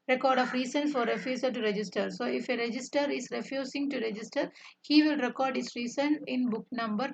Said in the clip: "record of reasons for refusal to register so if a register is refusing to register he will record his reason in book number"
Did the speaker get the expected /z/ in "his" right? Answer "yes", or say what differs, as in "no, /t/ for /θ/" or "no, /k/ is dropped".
no, /s/ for /z/